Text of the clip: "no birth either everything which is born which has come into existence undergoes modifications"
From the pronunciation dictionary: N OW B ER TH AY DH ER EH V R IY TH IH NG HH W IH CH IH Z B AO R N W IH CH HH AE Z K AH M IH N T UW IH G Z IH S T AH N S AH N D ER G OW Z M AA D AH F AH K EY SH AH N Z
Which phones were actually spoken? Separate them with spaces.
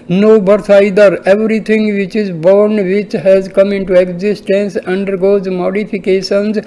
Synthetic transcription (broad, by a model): N OW B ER S AY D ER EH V R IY T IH NG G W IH CH IH Z B AO R N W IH CH HH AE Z K AH M IH N T UW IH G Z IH S T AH N S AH N D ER G OW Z M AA D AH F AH K EY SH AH N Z